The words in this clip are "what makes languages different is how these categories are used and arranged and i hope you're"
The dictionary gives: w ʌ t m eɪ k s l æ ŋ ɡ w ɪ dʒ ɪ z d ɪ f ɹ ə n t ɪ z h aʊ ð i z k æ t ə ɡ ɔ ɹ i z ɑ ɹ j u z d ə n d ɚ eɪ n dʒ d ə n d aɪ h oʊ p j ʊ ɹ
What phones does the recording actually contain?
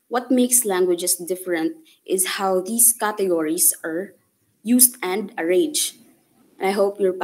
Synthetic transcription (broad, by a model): w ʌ t m eɪ k s l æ ŋ ɡ w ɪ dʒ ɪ s d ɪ f ɹ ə n t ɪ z h aʊ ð i s k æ t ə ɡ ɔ ɹ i s ɑ ɹ j u s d ə n d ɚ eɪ dʒ ə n aɪ h oʊ p j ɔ ɹ